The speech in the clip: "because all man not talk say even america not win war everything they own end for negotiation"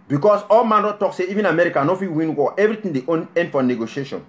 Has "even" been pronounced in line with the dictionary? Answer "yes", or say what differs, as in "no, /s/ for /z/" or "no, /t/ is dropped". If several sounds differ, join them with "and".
yes